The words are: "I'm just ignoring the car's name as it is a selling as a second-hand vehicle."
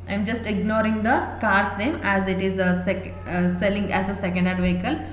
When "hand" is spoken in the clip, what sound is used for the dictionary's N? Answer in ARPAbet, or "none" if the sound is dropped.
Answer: none